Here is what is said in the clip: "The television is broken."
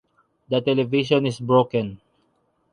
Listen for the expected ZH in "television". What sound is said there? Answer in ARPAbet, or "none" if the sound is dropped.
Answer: SH